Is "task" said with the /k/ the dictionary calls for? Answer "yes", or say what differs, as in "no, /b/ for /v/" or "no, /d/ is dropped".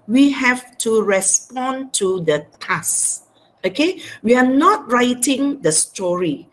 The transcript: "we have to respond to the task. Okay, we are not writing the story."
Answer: no, /k/ is dropped